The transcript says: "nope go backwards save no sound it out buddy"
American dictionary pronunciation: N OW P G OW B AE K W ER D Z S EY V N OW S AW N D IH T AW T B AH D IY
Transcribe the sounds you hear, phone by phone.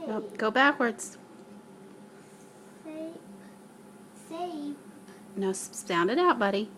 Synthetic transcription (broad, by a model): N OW G OW B AE K W ER D Z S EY N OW S AW N D IH T AW T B AH D IY